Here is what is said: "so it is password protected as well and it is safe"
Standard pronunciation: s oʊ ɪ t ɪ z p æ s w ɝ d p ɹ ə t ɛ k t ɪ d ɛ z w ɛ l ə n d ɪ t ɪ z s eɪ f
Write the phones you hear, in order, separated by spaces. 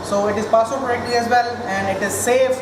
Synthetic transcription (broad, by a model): s oʊ ɪ t ɪ z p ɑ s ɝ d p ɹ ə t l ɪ ɛ z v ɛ l ə n d ɪ t ɪ z s eɪ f